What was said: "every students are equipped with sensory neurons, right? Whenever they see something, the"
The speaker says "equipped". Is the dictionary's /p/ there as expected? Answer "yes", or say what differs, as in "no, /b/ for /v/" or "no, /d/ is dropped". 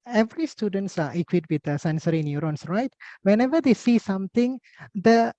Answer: no, /p/ is dropped